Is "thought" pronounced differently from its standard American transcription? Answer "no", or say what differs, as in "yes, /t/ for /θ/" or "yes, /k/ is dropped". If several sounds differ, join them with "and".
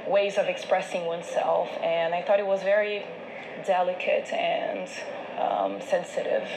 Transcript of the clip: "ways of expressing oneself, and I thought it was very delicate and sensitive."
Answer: no